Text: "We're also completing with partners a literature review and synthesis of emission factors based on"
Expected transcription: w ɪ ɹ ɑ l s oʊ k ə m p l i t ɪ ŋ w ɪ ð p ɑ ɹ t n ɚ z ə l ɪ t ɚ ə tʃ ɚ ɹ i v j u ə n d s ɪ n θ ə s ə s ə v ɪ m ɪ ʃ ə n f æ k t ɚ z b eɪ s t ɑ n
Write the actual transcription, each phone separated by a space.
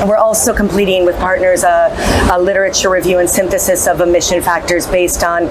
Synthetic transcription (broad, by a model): w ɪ ɹ ɑ l s oʊ k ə m p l i t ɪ ŋ w ɪ ð p ɑ ɹ t n ɚ z ə l ɪ t ɚ ə tʃ ɚ ɹ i v j u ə n s ɪ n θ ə s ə s ə v ɪ m ɪ ʃ ə n f æ k t ɚ z b eɪ s t n